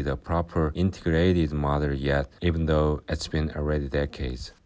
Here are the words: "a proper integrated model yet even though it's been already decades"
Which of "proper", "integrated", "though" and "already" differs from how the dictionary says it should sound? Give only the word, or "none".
none